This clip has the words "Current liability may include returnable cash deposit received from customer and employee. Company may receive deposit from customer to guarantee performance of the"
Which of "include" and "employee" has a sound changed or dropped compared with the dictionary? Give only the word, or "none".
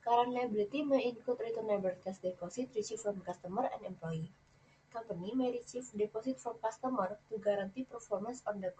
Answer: include